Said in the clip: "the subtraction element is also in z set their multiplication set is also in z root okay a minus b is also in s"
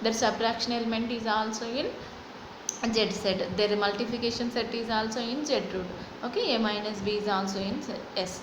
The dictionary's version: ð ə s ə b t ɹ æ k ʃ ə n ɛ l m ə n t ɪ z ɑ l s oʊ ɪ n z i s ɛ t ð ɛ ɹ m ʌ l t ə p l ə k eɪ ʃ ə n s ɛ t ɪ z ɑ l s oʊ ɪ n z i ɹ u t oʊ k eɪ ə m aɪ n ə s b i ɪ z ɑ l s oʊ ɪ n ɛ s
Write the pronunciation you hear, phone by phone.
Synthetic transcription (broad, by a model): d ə s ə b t ɹ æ k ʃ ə n ɛ l m ə n t ɪ z ɑ l s oʊ ɪ n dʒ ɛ s ɛ t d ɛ ɹ m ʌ l t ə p ə k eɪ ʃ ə n s ɛ t ɪ z ɑ l s oʊ ɪ n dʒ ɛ ɹ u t oʊ k eɪ ə m aɪ n ə s b i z ɑ l s oʊ ɪ n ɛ s